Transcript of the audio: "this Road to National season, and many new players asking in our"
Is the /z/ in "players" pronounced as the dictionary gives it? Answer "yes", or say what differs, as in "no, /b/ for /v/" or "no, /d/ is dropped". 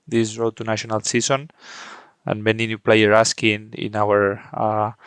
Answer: no, /z/ is dropped